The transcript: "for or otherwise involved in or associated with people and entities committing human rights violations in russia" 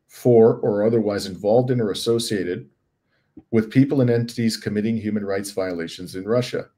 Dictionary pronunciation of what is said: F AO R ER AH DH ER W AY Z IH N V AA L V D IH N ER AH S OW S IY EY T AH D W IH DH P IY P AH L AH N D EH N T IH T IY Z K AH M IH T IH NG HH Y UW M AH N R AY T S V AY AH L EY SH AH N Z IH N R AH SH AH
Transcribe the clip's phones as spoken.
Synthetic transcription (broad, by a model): F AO R ER AH DH ER W AY Z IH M V AA L V D IH N ER AH S OW S IY EY T AH D W IH DH P IY P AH L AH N EH N T IH T IY Z K AH M IH T IH NG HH Y UW M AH N R AY T S V AY AH L EY SH AH N Z IH N R AH SH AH